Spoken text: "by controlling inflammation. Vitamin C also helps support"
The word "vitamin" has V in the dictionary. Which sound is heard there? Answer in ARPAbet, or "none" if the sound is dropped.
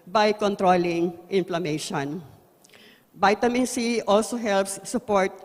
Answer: B